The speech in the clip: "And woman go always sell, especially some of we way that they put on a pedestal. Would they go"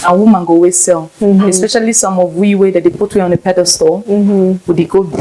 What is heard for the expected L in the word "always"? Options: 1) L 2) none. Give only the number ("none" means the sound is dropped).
2